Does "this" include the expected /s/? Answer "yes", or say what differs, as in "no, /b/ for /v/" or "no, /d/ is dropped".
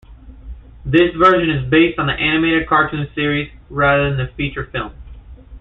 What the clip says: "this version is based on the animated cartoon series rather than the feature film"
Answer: yes